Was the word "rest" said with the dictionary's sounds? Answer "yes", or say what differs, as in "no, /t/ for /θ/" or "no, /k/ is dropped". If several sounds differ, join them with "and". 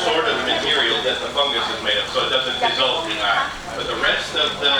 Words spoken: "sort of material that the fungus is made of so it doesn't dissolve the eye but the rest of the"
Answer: yes